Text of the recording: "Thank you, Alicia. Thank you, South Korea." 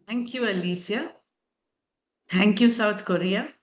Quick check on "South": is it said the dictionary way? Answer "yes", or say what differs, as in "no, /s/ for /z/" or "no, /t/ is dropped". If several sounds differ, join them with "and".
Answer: no, /t/ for /θ/